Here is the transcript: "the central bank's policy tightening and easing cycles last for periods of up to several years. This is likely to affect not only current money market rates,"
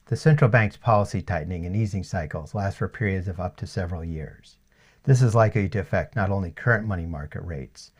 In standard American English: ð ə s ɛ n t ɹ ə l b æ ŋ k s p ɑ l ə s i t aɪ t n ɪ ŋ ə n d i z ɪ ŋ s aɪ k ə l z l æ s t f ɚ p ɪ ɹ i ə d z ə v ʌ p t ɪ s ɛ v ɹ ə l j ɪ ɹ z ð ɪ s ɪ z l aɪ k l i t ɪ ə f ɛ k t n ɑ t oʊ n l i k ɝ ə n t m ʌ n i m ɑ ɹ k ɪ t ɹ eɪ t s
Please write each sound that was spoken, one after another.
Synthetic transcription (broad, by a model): ð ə s ɛ n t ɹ l b æ ŋ k s p ɑ l ə s i t aɪ t n ɪ ŋ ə n i z ɪ ŋ s aɪ k l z l æ s t f ɚ p ɪ ɹ i ə d z ə v ʌ p t ɪ s ɛ v ɹ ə l j ɪ ɹ z ð ɪ s ɪ z l aɪ k l i t ɪ f ɛ k t n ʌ t oʊ n l i k ɝ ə n m ʌ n i m ɑ ɹ k ɪ t ɹ eɪ t s